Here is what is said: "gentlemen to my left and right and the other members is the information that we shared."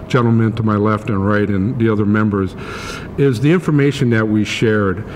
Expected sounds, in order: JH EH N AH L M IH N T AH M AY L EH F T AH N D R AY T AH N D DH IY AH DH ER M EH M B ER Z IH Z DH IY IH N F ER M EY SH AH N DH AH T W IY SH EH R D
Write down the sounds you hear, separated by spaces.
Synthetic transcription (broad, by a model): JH EH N L M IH N T AH M AY L EH F T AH N R AY T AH N DH IY AH DH ER M EH M B ER Z IH Z DH IY IH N F ER M EY SH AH N DH AH T W IY SH EH R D